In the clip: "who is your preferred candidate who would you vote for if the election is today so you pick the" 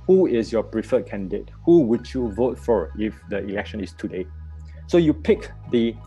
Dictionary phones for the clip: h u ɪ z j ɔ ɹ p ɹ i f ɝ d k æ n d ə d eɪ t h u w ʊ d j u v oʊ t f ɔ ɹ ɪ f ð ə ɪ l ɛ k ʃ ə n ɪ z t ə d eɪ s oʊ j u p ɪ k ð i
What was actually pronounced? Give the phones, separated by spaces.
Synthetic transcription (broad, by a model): h u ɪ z j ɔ p ɹ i f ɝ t k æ n d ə d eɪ t h u w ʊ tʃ j u v oʊ t f ɔ ɹ ɪ f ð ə ɪ l ɛ k ʃ ə n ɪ s t ə d eɪ s oʊ j u p ɪ k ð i